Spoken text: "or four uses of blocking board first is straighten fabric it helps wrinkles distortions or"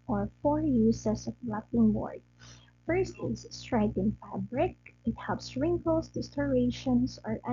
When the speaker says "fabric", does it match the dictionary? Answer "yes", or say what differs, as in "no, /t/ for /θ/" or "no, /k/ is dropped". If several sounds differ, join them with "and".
yes